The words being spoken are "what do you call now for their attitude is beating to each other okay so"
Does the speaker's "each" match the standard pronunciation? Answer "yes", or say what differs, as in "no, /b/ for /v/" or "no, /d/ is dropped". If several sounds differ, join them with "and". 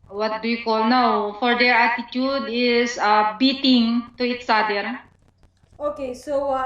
no, /s/ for /tʃ/